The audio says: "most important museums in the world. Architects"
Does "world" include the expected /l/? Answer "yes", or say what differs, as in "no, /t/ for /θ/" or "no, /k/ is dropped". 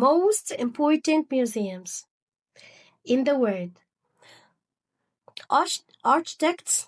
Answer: no, /l/ is dropped